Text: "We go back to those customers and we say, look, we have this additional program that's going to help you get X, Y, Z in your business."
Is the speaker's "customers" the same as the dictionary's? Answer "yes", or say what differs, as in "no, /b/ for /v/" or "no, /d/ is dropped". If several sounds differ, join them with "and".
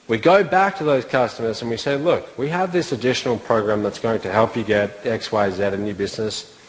yes